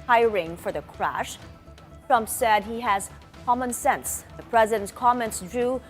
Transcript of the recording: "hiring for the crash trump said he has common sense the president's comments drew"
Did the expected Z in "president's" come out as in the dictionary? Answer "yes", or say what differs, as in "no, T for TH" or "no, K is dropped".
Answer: yes